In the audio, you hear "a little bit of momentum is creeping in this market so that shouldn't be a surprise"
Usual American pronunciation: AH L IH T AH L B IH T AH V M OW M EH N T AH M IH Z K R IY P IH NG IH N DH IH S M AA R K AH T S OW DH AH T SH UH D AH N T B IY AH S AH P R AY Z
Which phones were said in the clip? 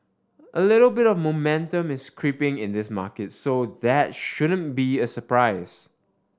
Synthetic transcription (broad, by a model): AH L IH T AH L B IH T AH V M OW M EH N T AH M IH S K R IY P IH NG IH N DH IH S M AA K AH T S OW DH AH T SH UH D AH N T B IY AH S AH P R AY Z